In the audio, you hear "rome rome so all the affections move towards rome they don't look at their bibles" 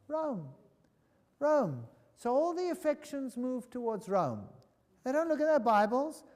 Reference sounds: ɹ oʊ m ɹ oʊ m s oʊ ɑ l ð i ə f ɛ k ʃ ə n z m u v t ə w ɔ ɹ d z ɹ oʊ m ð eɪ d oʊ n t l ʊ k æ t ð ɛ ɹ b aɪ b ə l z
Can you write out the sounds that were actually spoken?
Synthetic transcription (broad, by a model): ɹ oʊ m ɹ oʊ m s oʊ ɑ l ð i ə f ɛ k ʃ ə n z m u v t ə w ɔ ɹ d z ɹ oʊ m ð eɪ d oʊ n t l ʊ k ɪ t ð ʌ ɹ b aɪ b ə l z